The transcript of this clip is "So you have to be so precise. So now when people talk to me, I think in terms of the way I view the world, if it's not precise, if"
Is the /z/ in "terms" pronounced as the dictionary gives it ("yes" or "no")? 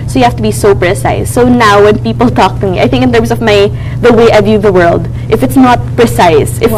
no